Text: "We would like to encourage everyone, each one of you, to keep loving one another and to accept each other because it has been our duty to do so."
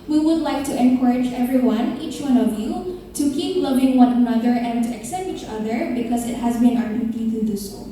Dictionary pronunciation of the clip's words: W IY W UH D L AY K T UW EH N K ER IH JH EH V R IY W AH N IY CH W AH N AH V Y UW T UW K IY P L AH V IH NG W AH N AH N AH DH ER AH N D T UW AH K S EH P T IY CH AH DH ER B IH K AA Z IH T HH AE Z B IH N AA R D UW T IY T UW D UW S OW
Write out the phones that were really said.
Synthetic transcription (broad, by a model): W IY W UH D L AY K T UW EH N K ER IH JH EH V R IY W AH N IY CH W AH N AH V Y UW T UW K IY P L AH V IH NG W AH N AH N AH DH ER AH N T UW AH K S EH P T IY CH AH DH ER B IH K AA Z IH T HH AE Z B IH N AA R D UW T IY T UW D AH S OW